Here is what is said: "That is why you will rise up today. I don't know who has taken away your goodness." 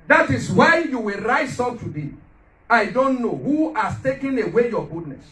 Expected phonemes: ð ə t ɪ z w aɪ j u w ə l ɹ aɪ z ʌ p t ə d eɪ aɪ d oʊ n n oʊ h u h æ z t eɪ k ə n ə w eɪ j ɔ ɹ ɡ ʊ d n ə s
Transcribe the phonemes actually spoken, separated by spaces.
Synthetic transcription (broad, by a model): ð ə t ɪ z w aɪ j u w ə l ɹ aɪ s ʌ t ə d eɪ aɪ d oʊ n n oʊ h u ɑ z t eɪ k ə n ə w eɪ j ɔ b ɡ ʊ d n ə s